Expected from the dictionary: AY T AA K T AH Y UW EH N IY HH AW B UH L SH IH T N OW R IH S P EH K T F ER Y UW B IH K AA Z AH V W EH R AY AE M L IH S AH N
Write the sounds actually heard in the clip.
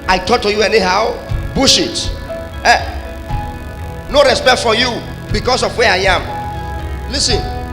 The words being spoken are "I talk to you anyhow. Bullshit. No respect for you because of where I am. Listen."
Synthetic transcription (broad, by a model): AY T AA K T AH Y UW EH N IY HH AW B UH SH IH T N OW R IH S P EH K T F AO Y UW B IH K AA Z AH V W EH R AY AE M L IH S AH N